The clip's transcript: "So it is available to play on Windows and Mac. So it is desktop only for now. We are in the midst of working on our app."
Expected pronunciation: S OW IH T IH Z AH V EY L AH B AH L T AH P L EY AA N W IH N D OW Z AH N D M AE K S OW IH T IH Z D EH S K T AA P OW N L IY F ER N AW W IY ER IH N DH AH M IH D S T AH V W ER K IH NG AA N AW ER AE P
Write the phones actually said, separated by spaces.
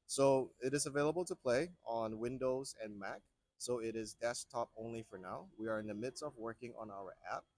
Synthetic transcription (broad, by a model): S OW IH T IH Z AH V EY L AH B L T AH P L EY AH N W IH N D OW Z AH N M AE K S OW IH T IH Z D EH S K T AA P OW N L IY F ER N AW W IY ER IH N DH AH M IH D S T AH V W ER K IH NG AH N AW ER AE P